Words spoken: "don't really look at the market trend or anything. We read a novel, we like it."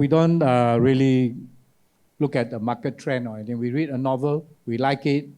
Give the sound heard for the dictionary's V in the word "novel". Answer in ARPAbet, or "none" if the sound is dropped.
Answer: V